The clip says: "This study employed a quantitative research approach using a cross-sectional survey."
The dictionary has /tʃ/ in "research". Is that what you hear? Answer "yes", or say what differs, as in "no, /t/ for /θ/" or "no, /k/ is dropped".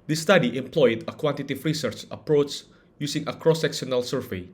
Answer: yes